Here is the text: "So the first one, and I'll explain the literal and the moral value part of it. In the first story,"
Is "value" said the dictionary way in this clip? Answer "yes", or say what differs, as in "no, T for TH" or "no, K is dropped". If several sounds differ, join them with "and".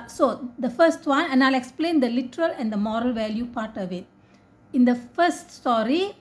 yes